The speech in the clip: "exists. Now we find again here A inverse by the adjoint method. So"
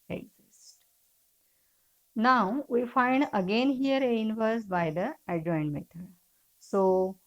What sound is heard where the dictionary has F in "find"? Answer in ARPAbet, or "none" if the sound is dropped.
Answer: F